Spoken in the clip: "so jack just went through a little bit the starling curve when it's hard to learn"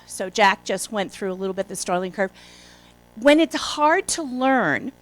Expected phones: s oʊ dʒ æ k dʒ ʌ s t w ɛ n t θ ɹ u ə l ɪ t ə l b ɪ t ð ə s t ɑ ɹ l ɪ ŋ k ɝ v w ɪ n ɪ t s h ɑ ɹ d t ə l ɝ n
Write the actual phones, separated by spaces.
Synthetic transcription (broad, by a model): s oʊ dʒ æ k dʒ ʌ s t w ɛ n θ ɹ u ə l ɪ t l b ɪ t ð ə s t ɑ ɹ l ɪ ŋ k ɝ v w ɪ n ɪ t s h ɑ ɹ d t ə l ɝ n